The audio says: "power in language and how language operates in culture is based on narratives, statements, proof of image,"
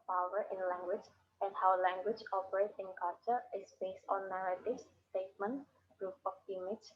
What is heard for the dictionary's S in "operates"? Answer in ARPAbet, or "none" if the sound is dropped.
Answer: none